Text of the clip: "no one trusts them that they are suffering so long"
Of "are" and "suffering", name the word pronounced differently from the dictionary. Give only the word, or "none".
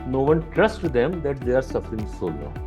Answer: none